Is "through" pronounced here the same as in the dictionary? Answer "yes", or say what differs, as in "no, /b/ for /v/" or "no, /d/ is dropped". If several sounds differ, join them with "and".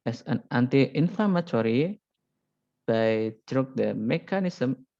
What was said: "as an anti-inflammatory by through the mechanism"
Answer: no, /t/ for /θ/